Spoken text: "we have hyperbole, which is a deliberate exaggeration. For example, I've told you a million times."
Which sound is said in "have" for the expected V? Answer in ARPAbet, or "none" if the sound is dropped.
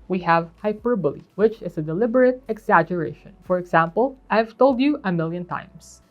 V